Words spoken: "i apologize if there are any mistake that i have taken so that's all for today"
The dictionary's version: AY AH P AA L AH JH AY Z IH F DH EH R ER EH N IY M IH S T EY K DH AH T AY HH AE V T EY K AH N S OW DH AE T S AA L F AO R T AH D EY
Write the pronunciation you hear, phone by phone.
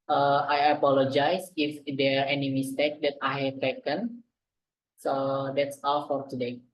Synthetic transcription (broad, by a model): AY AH P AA L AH JH AY S IH F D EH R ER EH N IY M IH S T EY K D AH T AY HH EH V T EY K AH N S OW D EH T S AA L F AO R T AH D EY